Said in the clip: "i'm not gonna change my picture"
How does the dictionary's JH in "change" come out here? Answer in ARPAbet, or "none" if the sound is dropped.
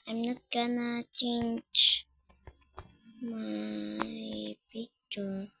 CH